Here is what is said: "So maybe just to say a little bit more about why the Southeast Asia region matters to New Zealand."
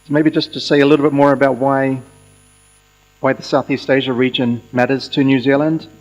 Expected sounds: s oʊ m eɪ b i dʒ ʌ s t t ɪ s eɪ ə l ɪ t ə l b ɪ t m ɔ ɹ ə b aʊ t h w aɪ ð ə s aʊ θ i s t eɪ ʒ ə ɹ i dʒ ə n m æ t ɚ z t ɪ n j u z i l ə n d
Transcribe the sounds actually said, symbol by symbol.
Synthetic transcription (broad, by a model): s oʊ m eɪ b i dʒ ʌ s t t ɪ s eɪ ə l ɪ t l b ɪ t m ɔ ɹ ə b aʊ t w w aɪ ð ə s aʊ θ i s t eɪ ʒ ə ɹ i dʒ ə n m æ t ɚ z t ɪ n j u z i l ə n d